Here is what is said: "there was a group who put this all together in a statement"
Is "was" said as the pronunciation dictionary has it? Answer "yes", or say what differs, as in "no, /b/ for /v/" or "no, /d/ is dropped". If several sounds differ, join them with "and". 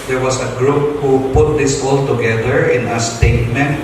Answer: no, /s/ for /z/